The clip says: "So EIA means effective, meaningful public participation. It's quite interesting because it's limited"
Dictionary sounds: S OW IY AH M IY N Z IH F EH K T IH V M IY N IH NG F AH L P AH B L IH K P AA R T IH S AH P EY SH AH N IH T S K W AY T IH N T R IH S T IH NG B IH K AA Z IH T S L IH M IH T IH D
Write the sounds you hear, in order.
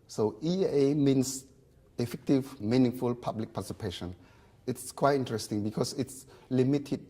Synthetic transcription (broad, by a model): S OW IY AH M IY N S IH F EH K T IH V M IY N IH NG F AH L P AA B L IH K P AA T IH S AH P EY SH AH N IH T S K W AY T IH N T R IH S T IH NG B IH K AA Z IH T S L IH M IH T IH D